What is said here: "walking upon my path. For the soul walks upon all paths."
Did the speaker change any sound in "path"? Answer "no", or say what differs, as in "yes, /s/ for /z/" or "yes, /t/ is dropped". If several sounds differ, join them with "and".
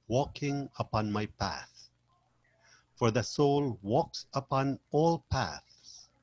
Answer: no